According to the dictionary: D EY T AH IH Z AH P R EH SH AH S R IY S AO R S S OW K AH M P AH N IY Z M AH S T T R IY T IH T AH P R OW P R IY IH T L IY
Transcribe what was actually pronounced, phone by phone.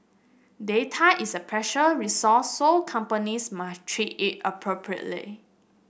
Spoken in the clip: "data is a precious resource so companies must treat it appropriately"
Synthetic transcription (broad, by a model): D EY T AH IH S AH P R EH SH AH R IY S AO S S OW K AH M P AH N IY S M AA S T T R IY T IH T AH P R OW P R IY IH T L IY